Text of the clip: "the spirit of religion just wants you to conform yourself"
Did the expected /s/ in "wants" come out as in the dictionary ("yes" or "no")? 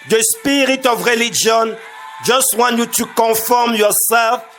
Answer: no